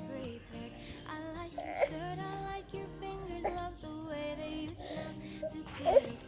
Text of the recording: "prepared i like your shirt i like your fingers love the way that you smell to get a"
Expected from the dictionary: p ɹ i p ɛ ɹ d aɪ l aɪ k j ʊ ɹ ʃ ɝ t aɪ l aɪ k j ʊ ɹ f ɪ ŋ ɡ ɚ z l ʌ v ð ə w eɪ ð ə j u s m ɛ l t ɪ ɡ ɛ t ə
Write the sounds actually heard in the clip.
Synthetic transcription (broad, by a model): ɹ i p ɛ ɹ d aɪ l aɪ k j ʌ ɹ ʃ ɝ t aɪ l aɪ k j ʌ ɹ f ɪ ŋ ɡ ɚ z l ʌ v ð ə w eɪ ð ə j u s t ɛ n t ɪ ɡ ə